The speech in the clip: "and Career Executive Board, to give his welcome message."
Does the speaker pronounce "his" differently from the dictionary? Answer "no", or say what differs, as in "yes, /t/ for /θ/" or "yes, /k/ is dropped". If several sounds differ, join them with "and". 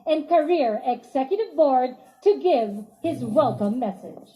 no